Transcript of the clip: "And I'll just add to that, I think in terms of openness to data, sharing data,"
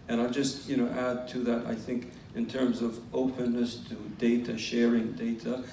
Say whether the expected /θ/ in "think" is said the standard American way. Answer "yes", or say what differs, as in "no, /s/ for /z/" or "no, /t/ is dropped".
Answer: yes